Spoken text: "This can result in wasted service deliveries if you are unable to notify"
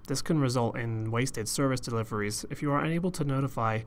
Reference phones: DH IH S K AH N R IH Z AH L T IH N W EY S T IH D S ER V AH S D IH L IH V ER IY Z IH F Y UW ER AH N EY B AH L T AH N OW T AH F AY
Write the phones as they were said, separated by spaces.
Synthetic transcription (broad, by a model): DH IH S K AH N R IH Z AH L T IH N W EY S T IH D S ER V AH S D IH L IH V ER IY Z IH F Y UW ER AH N EY B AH L T AH N OW T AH F AY